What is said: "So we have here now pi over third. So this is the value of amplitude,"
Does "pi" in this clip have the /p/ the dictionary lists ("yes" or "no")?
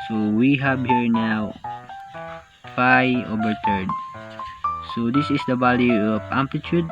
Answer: no